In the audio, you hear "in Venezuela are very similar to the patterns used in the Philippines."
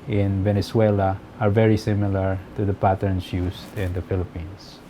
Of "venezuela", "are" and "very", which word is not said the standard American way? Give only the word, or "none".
venezuela